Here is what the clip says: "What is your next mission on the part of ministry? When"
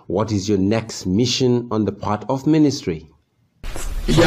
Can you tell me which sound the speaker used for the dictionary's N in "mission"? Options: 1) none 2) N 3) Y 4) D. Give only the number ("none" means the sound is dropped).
2